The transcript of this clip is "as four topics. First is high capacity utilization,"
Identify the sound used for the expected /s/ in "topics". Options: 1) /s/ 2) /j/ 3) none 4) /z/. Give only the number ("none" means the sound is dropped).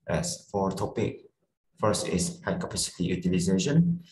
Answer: 3